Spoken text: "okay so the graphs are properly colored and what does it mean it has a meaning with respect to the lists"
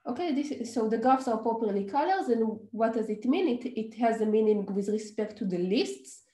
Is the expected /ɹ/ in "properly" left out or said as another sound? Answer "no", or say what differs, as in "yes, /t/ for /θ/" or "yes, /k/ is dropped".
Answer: yes, /ɹ/ is dropped